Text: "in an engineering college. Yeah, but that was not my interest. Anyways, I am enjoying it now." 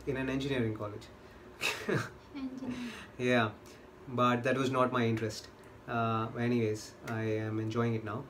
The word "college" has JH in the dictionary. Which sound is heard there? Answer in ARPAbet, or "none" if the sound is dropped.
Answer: JH